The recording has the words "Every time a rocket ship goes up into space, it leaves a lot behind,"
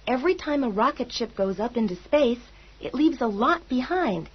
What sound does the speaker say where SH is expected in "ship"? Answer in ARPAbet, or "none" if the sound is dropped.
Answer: SH